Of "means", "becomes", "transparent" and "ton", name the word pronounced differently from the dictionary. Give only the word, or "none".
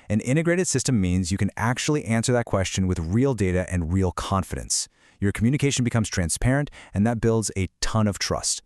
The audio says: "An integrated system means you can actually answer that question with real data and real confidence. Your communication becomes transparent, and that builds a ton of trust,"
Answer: none